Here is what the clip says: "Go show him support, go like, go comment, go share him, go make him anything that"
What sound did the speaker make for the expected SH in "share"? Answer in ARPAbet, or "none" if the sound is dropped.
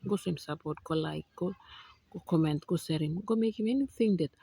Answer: S